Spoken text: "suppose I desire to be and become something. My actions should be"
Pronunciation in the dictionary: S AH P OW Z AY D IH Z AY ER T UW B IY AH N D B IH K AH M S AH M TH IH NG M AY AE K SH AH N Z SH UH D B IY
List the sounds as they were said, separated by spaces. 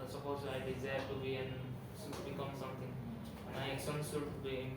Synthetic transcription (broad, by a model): S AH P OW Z AY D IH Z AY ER T UW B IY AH N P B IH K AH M S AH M T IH NG M AY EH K S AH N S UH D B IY